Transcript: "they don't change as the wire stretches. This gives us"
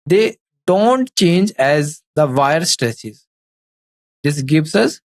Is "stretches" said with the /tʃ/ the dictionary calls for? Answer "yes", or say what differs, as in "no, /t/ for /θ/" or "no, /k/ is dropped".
no, /s/ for /tʃ/